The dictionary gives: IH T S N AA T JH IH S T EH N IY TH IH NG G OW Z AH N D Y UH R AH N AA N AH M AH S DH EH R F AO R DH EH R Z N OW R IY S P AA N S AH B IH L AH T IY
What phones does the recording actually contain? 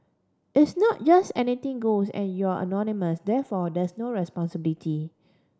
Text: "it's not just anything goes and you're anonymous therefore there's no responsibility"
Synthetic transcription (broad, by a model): IH T S N AA T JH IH S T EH N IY T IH NG G OW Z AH N Y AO AH N AA N AH M AH S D EH F AO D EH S N OW R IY S P AA N S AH B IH L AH T IY